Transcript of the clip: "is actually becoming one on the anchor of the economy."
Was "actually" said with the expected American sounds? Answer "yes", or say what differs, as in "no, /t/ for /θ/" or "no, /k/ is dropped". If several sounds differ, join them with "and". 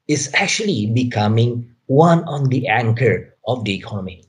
yes